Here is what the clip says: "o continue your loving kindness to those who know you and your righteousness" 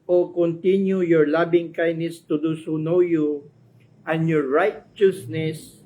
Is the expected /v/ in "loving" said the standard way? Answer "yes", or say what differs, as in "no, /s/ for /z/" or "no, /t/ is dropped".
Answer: no, /b/ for /v/